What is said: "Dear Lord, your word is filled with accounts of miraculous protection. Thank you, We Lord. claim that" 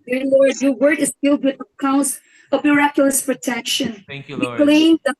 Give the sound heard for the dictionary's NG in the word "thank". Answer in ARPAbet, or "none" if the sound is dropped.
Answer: none